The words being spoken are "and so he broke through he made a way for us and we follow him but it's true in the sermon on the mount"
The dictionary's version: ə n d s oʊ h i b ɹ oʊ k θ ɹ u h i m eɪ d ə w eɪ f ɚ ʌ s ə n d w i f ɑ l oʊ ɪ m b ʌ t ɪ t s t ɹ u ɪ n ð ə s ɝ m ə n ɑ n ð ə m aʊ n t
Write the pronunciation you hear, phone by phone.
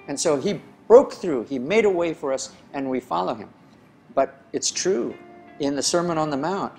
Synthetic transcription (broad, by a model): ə n s oʊ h i b ɹ oʊ k θ ɹ u i m eɪ d ə w eɪ f ɚ ʌ s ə n w i f ɑ l oʊ ɪ m b ʌ t ɪ t s t ɹ u ɪ n ð ə s ɝ m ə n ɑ n ð ə m aʊ n t